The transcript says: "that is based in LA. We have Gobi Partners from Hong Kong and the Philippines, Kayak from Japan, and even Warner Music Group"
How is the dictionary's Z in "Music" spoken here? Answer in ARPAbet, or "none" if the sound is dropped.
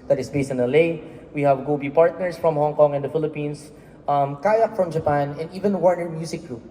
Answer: S